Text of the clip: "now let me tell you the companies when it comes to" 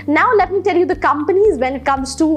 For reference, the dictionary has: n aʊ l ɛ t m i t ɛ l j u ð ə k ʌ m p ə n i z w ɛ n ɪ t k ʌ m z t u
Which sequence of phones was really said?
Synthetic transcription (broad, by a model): n aʊ l ɛ t m i t ɛ l j u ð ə k ʌ m p ə n i z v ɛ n ɪ t k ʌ m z t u